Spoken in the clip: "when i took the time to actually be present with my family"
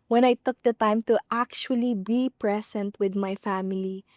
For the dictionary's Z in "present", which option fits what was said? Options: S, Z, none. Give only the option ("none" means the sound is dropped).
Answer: S